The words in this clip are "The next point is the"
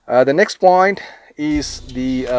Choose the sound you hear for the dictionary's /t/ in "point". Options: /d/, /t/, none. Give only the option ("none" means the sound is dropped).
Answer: /t/